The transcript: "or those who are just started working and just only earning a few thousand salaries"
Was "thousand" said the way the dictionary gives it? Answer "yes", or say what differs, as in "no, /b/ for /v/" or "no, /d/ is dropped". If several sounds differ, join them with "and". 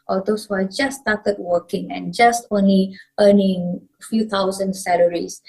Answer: no, /t/ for /θ/